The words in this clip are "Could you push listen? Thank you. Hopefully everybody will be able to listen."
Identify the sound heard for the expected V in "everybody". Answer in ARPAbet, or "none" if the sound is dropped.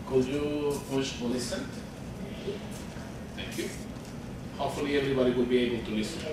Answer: V